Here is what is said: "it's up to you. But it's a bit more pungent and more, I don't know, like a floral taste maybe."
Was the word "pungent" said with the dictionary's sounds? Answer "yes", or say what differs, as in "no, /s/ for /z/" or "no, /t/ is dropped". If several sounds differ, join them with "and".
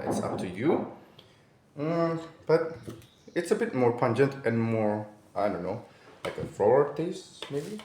yes